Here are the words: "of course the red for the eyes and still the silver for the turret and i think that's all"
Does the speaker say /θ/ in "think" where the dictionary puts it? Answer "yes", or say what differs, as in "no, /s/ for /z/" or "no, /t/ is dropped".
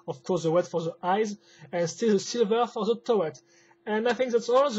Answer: yes